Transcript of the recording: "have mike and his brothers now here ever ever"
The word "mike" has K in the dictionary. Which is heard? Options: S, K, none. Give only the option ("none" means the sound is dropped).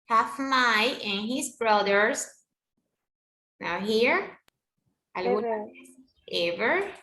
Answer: none